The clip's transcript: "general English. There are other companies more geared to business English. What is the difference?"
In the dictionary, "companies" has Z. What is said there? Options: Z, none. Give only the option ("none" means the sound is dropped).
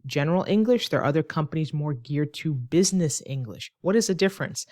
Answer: Z